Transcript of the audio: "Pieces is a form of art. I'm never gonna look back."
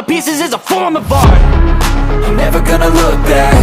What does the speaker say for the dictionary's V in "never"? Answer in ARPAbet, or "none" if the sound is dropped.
V